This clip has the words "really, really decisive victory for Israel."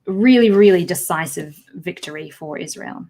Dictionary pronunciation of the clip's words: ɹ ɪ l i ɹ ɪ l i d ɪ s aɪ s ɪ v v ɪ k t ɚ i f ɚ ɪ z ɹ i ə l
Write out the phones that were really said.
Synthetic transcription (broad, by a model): ɹ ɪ l i ɹ ɪ l i d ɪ s aɪ s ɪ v v ɪ k t ɚ i f ɚ ɪ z ɹ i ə l